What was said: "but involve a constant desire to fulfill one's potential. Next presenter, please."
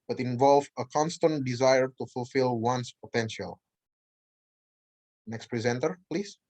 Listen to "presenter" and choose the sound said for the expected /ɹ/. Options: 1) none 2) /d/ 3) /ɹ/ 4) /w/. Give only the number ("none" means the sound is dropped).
3